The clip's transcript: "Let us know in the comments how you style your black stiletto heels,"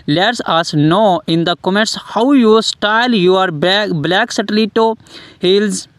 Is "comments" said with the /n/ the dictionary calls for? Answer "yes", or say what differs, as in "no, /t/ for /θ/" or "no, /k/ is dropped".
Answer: no, /n/ is dropped